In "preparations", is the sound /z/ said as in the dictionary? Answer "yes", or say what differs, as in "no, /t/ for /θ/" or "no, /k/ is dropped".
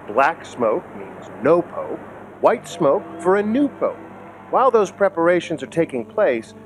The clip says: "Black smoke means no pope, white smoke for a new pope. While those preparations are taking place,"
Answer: yes